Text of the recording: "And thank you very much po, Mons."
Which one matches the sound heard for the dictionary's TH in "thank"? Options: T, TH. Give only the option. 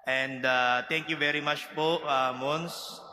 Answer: T